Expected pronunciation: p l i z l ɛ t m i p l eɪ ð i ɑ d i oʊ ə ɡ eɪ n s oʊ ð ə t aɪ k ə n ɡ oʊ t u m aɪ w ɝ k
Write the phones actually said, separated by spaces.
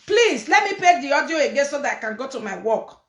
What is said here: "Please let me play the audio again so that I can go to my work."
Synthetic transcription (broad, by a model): p l i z l ɛ t m i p eɪ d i ɑ d i oʊ ə ɡ eɪ n s oʊ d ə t aɪ k ə n ɡ oʊ t u m aɪ w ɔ k